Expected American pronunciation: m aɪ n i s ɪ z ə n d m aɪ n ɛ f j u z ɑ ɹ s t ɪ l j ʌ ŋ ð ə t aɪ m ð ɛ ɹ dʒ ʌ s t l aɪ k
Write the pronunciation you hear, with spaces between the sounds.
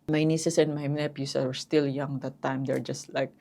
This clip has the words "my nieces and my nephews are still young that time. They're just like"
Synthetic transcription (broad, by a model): m aɪ n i s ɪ s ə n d m aɪ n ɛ p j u s ɑ ɹ s t ɪ l j ʌ ŋ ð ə t aɪ m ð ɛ ɹ dʒ ʌ s t l aɪ k